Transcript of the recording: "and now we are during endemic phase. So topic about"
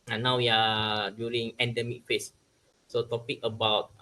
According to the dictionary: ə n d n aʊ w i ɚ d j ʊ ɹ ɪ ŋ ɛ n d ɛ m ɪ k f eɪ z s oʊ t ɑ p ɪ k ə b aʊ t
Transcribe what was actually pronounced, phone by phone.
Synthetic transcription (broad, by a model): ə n n aʊ w i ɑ d j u ɹ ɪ ŋ ɛ n d ɛ m ɪ k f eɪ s s oʊ t ɑ p ɪ k ə b aʊ t